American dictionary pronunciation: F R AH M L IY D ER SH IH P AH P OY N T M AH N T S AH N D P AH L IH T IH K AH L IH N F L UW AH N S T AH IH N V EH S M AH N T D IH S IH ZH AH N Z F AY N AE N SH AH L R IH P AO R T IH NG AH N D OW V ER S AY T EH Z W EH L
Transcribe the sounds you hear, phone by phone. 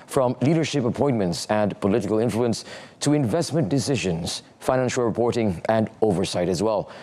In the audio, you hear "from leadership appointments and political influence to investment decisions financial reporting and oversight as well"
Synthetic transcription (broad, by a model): F R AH M L IY D ER SH IH P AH P OY N M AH N T S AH N P AH L IH T IH K AH L IH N F L UW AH N S T AH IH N V EH S M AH N D IH S IH ZH AH N Z F AY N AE N SH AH L R IH P AO R T IH NG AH N OW V ER S AY T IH Z W EH L